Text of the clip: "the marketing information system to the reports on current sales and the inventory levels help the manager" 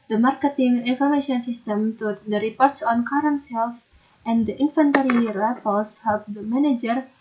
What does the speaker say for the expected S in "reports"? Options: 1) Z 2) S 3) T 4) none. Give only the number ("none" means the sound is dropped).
2